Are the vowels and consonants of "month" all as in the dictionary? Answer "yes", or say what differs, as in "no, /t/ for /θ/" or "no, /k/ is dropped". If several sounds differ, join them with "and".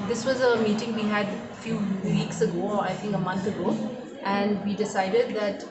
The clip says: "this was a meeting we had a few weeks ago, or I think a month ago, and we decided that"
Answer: no, /t/ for /θ/